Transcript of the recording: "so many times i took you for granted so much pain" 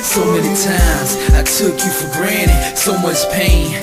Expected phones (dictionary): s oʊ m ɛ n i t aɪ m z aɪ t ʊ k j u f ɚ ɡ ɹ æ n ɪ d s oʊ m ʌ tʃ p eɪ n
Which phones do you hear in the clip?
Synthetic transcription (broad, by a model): s oʊ m ɛ n i t aɪ m z aɪ t ʊ k j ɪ f ɚ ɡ ɹ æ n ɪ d s oʊ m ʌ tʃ p eɪ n